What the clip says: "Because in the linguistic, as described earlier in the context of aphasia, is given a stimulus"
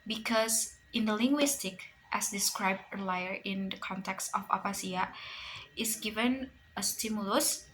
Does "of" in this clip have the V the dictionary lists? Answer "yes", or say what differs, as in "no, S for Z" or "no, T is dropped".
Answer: no, P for V